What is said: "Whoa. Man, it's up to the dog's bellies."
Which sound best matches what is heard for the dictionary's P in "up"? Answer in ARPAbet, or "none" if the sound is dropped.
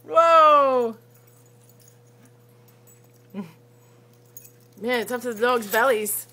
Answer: F